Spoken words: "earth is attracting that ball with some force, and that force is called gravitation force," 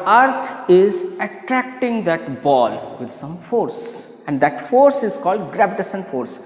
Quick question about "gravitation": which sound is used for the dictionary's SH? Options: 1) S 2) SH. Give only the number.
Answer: 1